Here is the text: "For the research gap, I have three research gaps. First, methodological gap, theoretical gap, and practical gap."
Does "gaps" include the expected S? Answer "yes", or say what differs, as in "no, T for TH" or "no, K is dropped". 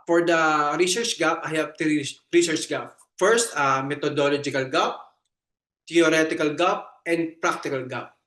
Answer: no, S is dropped